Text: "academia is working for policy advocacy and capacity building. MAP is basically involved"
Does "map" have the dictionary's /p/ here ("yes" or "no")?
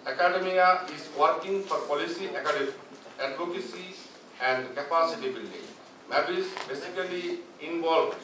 no